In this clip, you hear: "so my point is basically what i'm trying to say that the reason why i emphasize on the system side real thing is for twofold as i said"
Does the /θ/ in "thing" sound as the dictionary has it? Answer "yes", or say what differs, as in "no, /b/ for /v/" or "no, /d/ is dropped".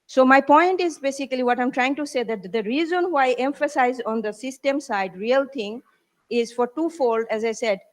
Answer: no, /t/ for /θ/